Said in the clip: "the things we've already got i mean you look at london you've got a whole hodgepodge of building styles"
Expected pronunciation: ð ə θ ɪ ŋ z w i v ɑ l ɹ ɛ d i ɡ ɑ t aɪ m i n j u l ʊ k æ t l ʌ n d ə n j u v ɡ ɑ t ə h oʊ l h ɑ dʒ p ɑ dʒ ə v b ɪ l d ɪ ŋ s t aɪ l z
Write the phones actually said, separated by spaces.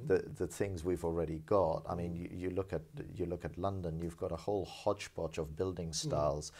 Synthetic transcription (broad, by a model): ð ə θ ɪ ŋ z w i v l ɹ ɛ d i ɡ ɑ t aɪ m i n j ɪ l ʊ k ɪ t l ʌ n d ə n j u v ɡ ɑ t ə h oʊ l h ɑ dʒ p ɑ tʃ ə v b ɪ l d ɪ ŋ s t aɪ l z